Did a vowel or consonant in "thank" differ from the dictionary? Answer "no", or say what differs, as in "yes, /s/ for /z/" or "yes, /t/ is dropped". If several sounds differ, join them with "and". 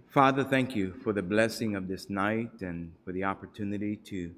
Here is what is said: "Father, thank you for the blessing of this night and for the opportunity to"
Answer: no